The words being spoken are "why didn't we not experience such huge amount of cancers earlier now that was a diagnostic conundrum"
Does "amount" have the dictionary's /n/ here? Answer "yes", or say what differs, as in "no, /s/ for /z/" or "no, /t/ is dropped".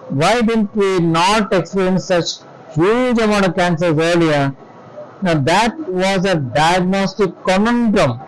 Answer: no, /n/ is dropped